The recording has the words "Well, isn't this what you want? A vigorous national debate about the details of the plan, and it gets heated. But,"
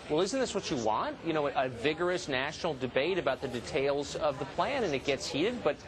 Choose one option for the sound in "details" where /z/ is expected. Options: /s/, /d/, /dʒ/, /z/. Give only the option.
/z/